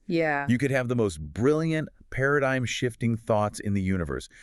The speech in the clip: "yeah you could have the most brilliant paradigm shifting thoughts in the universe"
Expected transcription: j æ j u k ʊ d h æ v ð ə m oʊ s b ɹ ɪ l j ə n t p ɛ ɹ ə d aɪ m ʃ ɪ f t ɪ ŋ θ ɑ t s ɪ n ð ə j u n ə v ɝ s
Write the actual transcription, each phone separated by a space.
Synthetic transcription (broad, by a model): j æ j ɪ k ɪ d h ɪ v ð ə m oʊ s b ɹ ɪ l j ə n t p ɛ ɹ ə d aɪ m ʃ ɪ f t ɪ ŋ θ ɑ t s ɪ n ð ə j u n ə v ɝ s